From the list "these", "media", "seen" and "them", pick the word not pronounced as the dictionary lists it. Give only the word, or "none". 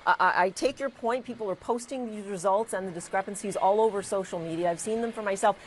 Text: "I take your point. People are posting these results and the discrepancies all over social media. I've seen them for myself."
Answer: none